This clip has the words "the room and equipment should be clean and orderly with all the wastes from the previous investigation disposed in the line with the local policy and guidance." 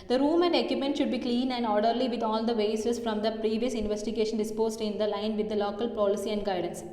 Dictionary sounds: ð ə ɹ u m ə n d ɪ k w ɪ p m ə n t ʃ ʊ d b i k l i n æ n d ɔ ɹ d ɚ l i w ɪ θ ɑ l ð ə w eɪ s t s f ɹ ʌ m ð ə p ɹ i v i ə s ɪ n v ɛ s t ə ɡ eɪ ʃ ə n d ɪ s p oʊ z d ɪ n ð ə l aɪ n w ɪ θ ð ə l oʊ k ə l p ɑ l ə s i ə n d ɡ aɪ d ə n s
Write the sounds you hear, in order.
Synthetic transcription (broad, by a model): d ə ɹ u m ə n d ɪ k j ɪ p m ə n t ʃ ʊ d b i k l i n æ n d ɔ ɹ d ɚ l i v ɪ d ɑ l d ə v eɪ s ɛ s f ɹ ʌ m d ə p ɹ i v i ə s ɪ n v ɛ s t ə ɡ eɪ ʃ ə n d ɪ s p oʊ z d ɪ n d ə l aɪ n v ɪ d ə l oʊ k ə l p ɑ l ə s i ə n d ɡ aɪ d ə n s